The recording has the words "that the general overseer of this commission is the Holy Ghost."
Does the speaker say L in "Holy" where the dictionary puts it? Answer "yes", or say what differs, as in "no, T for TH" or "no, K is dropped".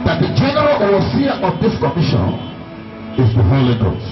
yes